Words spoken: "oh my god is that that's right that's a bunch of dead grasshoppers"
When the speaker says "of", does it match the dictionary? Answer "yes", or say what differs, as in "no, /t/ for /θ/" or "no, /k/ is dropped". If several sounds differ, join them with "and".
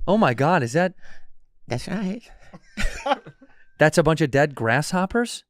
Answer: yes